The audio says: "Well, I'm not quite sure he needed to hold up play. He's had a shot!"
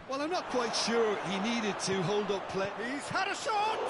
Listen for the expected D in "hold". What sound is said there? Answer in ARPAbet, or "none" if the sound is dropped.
D